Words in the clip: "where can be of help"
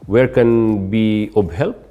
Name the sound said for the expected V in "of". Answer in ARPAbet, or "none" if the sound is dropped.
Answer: B